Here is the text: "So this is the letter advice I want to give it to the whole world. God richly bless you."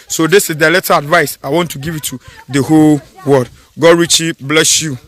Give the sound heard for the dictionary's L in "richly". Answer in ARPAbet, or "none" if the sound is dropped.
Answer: none